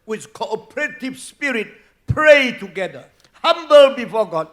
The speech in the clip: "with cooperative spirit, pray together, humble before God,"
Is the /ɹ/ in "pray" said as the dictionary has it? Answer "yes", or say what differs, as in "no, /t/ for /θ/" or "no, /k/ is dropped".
yes